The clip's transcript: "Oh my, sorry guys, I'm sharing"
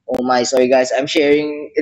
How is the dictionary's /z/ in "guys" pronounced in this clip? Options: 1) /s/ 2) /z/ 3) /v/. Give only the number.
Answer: 1